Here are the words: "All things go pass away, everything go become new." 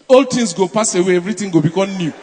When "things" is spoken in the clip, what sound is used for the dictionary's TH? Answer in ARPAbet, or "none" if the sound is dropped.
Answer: T